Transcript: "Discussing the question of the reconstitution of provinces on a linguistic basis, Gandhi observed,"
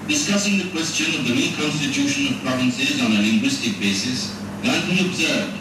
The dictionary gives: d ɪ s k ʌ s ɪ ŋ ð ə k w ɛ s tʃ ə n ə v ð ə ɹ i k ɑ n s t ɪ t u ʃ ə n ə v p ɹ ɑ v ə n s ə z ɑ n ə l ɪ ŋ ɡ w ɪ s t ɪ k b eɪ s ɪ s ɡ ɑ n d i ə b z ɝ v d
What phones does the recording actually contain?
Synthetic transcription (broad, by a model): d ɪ s k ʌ s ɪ ŋ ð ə k w ɛ s tʃ ə n ə v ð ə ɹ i k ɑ n s t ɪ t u ʃ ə n ə v p ɹ ɑ v ə n s ə z ɑ n ə l ɪ ŋ ɡ w ɪ s t ɪ k b eɪ s ɪ s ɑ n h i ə b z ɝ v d